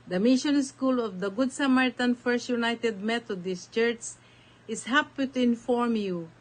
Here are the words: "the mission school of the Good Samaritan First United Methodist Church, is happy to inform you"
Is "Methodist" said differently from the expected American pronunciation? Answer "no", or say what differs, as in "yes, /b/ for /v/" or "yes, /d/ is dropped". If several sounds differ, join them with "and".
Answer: yes, /t/ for /θ/